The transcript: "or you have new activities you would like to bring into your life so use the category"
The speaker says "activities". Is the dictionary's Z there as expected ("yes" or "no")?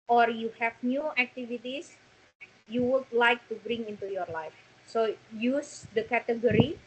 no